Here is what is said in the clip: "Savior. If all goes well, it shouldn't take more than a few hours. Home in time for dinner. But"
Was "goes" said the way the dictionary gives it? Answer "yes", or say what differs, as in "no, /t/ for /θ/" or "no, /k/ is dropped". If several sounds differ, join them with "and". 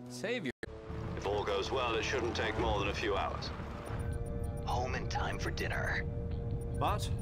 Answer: yes